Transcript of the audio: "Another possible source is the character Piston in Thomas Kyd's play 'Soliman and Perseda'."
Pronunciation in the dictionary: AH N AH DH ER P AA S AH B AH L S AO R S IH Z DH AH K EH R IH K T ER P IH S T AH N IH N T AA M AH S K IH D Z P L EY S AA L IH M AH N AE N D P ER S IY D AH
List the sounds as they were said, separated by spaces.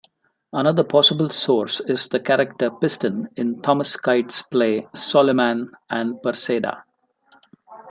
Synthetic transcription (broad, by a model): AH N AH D ER P AA S AH B AH L S AO R S IH Z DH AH K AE R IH K T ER P IH S T AH N IH N T AA M AH S K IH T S P L EY S AA L IH M AH N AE N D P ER S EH D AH